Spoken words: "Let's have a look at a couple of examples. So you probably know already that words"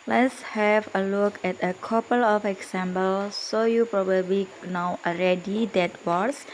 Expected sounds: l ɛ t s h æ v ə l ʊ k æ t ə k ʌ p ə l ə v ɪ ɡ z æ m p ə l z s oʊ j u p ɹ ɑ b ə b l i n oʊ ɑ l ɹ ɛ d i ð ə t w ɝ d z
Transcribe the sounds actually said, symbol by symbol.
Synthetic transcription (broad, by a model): l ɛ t s h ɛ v ə l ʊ k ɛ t ə k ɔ p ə l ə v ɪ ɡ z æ m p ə l s oʊ j u p ɹ ɑ b ə b l i n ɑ w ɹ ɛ d i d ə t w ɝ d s